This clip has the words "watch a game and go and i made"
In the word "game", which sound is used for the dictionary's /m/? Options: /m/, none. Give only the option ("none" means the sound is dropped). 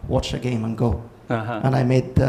/m/